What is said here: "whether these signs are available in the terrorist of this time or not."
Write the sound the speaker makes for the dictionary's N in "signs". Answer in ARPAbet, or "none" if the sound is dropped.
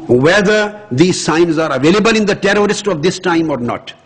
N